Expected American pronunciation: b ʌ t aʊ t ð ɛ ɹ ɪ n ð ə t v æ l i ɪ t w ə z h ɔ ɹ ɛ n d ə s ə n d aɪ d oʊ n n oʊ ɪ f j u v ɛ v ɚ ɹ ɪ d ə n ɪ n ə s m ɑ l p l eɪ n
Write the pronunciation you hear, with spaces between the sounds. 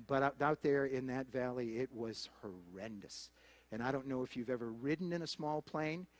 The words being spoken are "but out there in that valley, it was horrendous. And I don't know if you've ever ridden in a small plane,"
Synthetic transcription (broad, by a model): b ʌ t aʊ t ð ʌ ɹ ɪ n ð ə t v æ l i ɪ t w ə z h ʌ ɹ ɛ n d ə s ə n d aɪ d oʊ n n oʊ ɪ f j u v ɛ v ɚ ɹ ɪ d n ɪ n ə s m ɑ l p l eɪ n